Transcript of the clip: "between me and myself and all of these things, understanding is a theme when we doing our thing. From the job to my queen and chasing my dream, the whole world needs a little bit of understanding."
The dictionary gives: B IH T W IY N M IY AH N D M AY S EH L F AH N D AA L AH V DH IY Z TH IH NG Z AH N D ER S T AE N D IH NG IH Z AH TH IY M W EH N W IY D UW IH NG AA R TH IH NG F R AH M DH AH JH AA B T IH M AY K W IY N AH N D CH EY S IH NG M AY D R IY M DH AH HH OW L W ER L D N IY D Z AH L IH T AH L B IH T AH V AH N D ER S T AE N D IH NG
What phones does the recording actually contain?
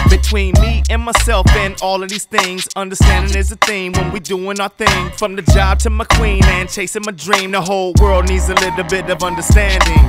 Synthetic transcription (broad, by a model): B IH T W IY N M IY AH N M AY S EH L F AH N AA L AH V DH IY Z TH IH NG Z AH N D ER S T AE N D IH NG IH Z AH TH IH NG W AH N W IY D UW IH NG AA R TH IH NG F R AH M DH AH JH AA B T IH M AY K W IY N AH N CH EY S IH NG M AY D R IY M DH AH HH OW L W ER L D N IY D Z AH L IH T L B IH T AH V AH N D ER S T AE N D IH NG